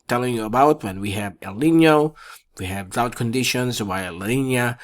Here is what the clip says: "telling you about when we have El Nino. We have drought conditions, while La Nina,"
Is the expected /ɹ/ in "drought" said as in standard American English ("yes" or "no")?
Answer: no